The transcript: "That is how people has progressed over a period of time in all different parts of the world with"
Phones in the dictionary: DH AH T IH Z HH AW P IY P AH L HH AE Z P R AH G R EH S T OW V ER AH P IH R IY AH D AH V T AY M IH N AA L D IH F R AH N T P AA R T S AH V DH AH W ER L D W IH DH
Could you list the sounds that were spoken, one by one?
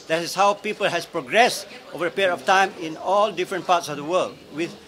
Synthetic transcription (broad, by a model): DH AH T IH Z HH AW P IY P AH L HH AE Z P R AH G R EH S T OW V ER AH P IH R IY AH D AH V T AY M IH N AA L D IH F R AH N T P AA R T S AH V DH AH W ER L D W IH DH